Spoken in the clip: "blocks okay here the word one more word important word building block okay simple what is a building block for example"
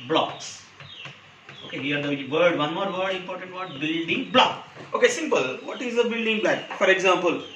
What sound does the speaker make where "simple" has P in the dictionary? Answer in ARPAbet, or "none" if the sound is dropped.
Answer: P